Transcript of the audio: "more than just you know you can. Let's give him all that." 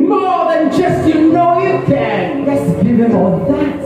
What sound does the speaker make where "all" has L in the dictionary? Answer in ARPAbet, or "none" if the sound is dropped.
N